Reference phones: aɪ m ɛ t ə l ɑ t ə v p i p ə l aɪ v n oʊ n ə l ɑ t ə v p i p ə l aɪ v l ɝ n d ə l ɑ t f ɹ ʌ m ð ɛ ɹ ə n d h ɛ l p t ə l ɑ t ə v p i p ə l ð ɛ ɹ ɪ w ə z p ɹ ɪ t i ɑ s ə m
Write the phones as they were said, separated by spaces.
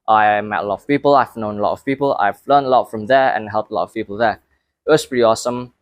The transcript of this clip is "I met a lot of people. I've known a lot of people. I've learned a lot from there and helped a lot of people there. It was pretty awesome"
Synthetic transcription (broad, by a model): aɪ m ɛ t ə l ɑ t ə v p i p ə l aɪ v n oʊ n ə l ɑ t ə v p i p ə l aɪ v l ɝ n ə l ɑ t f ɹ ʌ m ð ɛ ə n h ɛ l p t ə l ɑ t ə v p i p ə l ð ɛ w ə s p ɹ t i ɑ s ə m